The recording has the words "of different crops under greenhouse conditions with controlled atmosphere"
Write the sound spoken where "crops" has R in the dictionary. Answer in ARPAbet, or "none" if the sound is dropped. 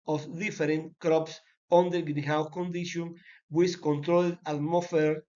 R